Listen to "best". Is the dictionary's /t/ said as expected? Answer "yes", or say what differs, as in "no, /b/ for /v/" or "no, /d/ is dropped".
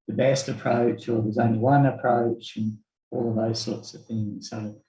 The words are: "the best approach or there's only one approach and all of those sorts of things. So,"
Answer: yes